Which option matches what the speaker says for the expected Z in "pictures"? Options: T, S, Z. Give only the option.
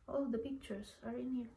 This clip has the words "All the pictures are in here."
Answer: S